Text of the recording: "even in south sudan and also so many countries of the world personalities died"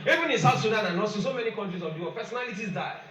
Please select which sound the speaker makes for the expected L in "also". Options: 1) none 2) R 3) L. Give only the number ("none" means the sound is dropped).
1